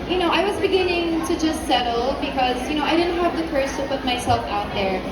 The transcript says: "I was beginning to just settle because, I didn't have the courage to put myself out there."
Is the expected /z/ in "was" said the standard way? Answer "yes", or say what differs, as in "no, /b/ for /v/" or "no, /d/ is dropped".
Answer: yes